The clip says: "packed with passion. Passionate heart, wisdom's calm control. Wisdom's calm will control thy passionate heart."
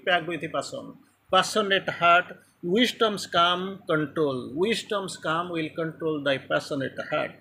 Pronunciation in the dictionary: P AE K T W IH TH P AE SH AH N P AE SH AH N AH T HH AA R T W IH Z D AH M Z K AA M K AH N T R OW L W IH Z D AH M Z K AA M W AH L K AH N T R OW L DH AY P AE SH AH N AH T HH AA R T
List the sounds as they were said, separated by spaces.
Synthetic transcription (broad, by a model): P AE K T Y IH P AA S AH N P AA S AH N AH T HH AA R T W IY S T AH M S K AA M K AH N T R OW L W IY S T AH M S K AA M W AH L K AH N T R OW L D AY P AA S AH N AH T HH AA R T